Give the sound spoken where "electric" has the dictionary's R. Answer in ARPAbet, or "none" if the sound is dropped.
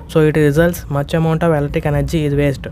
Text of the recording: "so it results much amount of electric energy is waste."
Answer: none